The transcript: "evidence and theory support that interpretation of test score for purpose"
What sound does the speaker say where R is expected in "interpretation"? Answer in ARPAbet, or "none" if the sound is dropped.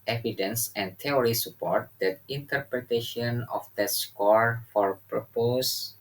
R